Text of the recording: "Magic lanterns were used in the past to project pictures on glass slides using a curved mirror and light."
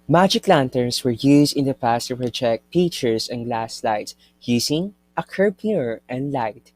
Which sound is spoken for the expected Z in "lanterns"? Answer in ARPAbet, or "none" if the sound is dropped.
S